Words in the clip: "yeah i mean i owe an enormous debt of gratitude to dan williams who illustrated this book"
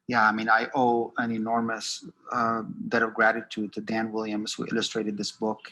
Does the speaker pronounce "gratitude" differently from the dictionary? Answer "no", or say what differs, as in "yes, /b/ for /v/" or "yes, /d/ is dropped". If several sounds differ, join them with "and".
no